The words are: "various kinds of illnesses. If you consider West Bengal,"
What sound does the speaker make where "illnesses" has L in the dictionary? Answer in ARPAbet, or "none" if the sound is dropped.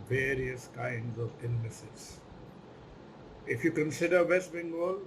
none